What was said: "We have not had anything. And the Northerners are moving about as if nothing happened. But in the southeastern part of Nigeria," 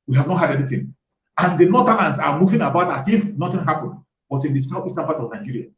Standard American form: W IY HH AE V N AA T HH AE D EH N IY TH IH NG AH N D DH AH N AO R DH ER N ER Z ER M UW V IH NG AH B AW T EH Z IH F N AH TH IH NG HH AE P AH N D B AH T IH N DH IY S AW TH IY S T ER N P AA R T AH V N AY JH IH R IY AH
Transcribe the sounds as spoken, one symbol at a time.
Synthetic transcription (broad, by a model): W IY HH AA V N AA T HH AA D EH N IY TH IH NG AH N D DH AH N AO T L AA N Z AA M UW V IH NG AH B AW T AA S IH F N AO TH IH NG HH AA P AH N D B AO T IH N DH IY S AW F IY S T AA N P AA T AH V N AY JH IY R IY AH